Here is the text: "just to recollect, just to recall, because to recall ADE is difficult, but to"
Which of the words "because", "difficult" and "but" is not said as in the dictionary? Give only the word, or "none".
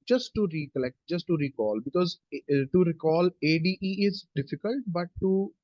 none